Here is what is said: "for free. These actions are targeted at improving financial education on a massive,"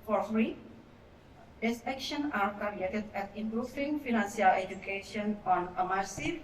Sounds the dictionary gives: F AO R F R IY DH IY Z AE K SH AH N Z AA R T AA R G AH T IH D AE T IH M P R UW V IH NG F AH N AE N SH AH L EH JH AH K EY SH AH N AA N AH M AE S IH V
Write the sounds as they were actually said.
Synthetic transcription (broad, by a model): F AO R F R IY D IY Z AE K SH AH N AA R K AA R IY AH T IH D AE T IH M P R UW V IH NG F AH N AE N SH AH L EH JH AH K EY SH AH N AA N AH M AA S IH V